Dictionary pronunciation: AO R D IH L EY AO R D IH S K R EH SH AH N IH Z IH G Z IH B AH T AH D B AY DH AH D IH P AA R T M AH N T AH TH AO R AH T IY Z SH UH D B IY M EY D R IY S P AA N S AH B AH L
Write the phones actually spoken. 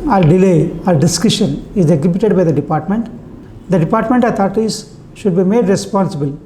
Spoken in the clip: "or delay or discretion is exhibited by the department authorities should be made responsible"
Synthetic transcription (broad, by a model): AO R D IH L EY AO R D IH S K IH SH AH N IH Z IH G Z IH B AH T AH D B AY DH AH D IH P AA R T M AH N T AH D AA R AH T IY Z SH UH D B IY M EY D R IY S P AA N S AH B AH L